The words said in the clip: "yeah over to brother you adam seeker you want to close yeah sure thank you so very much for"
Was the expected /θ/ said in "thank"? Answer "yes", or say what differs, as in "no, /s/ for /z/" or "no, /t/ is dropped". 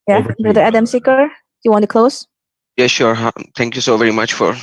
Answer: no, /t/ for /θ/